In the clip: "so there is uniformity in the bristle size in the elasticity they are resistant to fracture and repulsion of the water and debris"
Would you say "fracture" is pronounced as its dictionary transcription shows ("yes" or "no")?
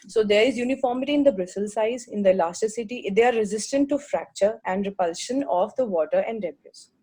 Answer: yes